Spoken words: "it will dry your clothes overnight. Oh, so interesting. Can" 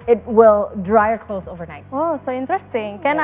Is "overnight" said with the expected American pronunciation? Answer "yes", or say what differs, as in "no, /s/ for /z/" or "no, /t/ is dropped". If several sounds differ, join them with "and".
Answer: yes